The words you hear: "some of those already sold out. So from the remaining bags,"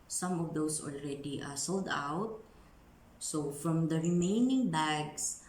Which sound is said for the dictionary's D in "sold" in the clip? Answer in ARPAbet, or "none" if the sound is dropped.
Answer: D